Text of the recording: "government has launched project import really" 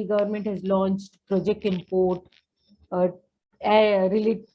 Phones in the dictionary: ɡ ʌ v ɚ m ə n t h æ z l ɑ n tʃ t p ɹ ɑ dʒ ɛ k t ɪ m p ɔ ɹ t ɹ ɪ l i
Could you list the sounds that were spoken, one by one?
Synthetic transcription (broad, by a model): ɡ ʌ v ɚ m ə n t h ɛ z l ɑ n tʃ t p ɹ ɑ dʒ ɛ k t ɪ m p ɔ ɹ t ɹ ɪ l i